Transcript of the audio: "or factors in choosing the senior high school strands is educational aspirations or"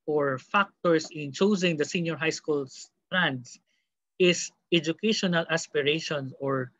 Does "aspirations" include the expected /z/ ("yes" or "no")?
no